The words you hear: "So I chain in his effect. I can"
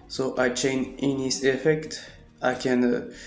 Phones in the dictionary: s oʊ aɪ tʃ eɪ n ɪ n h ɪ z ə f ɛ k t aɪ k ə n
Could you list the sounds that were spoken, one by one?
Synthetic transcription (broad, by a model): s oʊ aɪ tʃ eɪ n ɪ n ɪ s ə f ɛ k t aɪ k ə n